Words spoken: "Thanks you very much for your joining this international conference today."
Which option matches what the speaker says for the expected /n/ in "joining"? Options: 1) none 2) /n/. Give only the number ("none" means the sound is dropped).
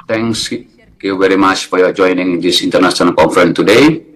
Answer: 2